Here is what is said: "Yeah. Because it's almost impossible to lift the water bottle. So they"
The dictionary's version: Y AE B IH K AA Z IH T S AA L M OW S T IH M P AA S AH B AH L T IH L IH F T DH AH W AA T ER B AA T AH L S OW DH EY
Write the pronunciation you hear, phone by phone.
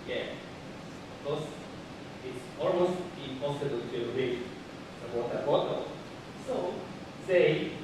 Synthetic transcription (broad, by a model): Y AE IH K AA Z IH T S AA L M OW S T IH M P AA S AH B AH L T IH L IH T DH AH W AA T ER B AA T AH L S OW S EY